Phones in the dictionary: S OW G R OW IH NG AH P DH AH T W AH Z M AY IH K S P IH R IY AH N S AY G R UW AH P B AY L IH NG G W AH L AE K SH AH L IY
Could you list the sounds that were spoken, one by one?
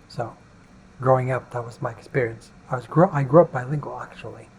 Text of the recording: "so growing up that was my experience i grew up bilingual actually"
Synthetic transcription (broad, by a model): S OW G R OW IH NG AH P DH AH T W AH Z M AY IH K S P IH R IY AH N S AY G R UW AH P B AY L IH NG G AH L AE K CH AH L IY